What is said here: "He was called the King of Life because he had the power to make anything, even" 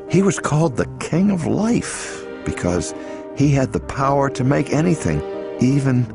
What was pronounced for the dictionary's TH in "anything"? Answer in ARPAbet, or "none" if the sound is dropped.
TH